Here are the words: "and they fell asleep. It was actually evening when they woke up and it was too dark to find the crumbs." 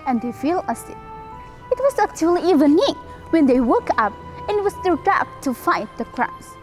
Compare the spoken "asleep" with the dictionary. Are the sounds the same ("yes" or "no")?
no